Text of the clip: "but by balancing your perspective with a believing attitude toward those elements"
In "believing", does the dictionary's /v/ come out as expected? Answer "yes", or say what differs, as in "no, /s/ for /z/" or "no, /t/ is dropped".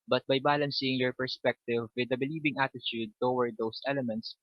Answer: no, /b/ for /v/